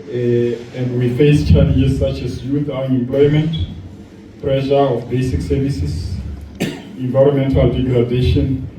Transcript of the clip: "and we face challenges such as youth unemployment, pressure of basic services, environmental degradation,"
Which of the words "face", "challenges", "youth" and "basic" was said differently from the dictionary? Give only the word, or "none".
challenges